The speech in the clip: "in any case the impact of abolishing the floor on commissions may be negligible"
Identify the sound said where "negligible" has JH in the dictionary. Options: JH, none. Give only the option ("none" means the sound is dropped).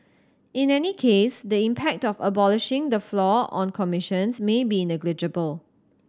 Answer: JH